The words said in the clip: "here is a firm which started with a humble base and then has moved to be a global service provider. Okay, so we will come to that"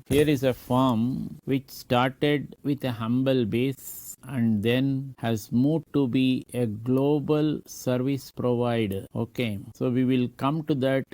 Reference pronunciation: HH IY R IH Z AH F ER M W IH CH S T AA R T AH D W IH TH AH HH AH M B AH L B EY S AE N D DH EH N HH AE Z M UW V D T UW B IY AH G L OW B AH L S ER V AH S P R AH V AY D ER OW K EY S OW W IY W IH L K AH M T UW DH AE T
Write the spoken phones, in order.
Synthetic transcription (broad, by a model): HH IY R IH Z AH F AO M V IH CH S T AA R T AH D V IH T AH HH AH M B AH L B EY S AE N D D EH N HH AE Z M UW D T UW B IY AH G L OW B AH L S ER V AH S P R AH V AY D ER OW K EY S OW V IY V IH L K AH M T UW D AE T